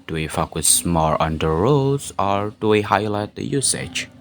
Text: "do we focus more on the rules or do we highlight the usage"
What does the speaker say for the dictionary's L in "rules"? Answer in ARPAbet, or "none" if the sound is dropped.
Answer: none